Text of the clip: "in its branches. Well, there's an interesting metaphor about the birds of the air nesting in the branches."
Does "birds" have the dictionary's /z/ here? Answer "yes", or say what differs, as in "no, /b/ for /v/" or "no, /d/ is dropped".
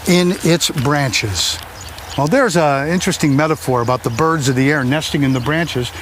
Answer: yes